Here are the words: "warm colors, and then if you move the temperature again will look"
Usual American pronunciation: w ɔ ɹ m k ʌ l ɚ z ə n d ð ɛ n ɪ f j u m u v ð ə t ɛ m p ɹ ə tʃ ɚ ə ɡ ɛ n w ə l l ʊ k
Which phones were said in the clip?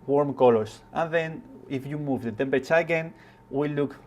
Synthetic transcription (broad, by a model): w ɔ ɹ m k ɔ l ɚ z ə n ð ɛ n ɪ f j u m u v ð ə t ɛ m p ə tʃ ə ɡ ɛ n w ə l l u k